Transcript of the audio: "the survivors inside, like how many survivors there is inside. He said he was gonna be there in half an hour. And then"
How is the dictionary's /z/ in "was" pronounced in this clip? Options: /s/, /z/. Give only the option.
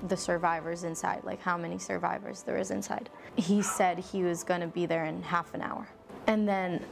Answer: /z/